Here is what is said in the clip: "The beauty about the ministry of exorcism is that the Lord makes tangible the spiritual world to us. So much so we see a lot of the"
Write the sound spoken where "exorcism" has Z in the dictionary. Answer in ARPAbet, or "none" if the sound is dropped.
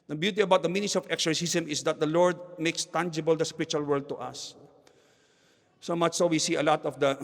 S